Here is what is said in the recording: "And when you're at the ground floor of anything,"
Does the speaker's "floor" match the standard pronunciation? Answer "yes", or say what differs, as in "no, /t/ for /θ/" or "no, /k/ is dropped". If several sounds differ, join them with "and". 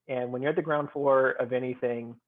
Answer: no, /l/ is dropped